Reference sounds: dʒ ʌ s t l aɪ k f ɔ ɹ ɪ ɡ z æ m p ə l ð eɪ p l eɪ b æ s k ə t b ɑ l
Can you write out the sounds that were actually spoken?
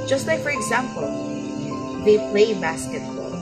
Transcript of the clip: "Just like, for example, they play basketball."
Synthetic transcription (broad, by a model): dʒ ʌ s t l aɪ k f ɔ ɹ ɪ ɡ z æ m p ə l ð eɪ p l eɪ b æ s k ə t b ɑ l